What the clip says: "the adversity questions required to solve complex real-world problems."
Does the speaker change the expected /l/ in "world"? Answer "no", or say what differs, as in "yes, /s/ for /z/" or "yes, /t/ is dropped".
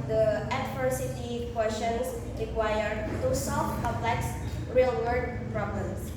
yes, /l/ is dropped